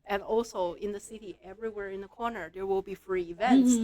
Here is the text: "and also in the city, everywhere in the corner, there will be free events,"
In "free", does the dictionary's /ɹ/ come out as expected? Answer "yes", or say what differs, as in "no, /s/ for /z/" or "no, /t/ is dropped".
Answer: yes